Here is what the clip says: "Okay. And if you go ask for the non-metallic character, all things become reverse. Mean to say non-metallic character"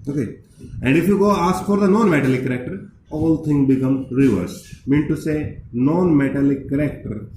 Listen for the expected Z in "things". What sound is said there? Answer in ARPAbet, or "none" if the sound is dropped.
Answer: none